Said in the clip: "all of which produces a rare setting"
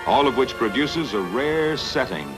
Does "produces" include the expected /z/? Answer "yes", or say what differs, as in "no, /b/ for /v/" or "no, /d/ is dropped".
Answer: yes